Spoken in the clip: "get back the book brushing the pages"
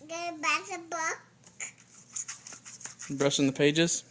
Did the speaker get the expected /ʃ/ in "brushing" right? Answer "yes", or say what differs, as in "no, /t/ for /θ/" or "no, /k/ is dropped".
no, /s/ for /ʃ/